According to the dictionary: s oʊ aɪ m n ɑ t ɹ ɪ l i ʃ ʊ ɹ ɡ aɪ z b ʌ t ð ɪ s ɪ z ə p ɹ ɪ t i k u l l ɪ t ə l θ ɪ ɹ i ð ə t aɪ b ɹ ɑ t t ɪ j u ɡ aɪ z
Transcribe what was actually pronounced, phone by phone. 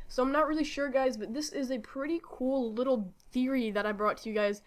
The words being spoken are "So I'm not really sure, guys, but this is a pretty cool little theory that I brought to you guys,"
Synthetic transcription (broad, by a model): s oʊ aɪ m n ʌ t ɹ ɪ l i ʃ ʊ ɹ ɡ aɪ z b ʌ t ð ɪ s ɪ z ə p ɹ ɪ t i k u l l ɪ t l θ ɪ ɹ i ð ə t aɪ b ɹ ɑ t t ɪ j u ɡ aɪ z